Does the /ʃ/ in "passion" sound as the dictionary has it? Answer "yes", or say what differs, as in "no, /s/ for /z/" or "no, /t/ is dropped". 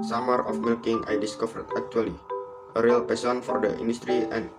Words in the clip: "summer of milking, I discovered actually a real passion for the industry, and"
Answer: no, /s/ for /ʃ/